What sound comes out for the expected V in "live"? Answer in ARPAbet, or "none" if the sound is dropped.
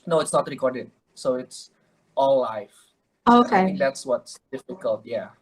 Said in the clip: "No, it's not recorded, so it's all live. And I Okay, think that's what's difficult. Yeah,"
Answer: none